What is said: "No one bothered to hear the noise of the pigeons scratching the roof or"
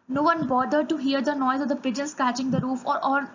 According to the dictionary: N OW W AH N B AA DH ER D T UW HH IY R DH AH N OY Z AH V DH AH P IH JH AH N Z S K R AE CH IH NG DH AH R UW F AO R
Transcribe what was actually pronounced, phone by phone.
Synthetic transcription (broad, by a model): N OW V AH N B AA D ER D T UW HH IY R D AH N OY Z AH V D AH P IH JH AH N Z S K AE CH IH NG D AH R UW F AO R